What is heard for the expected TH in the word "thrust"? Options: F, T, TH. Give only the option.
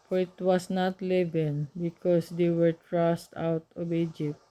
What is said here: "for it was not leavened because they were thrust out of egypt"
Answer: T